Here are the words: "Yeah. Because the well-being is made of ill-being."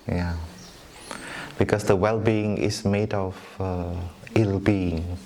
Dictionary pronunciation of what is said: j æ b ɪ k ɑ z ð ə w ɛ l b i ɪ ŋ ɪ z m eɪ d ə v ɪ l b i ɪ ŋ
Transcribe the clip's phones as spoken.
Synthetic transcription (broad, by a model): j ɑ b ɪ k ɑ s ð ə w ɛ l b i ɪ ŋ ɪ s m eɪ d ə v ɪ l b i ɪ ŋ